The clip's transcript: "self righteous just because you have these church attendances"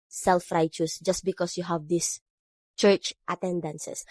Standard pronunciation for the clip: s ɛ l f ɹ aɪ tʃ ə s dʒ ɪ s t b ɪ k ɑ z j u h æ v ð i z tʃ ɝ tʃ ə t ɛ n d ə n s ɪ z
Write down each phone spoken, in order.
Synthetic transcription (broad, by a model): s ɛ l f ɹ aɪ tʃ ə s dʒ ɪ s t b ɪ k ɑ s j u h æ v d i s tʃ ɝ tʃ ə t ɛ n d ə n s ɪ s